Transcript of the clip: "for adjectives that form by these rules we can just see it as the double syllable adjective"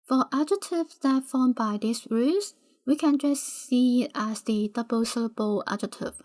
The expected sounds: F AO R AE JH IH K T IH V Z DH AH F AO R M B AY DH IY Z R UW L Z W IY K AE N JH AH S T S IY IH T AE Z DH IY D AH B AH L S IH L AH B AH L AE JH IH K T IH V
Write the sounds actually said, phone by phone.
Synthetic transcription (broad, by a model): F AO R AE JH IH T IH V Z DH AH F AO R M B AY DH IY S R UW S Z W IY K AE N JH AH S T S IY IH T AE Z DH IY D AH B AH L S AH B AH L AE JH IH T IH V